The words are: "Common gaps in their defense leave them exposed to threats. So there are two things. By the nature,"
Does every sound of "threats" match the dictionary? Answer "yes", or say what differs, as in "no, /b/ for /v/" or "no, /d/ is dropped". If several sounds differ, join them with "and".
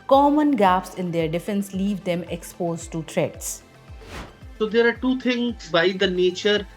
no, /t/ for /θ/